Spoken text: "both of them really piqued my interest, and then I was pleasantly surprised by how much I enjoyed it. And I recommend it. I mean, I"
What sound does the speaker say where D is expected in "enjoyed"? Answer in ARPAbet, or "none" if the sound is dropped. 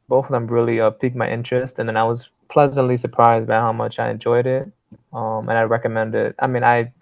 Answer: D